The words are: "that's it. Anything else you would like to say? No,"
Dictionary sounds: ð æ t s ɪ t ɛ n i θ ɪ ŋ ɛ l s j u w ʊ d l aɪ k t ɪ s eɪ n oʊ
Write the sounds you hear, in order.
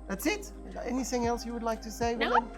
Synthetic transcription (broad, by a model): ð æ t s ɪ t ɛ n i θ ɪ ŋ ɛ l s j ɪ w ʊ d l aɪ k t ɪ s eɪ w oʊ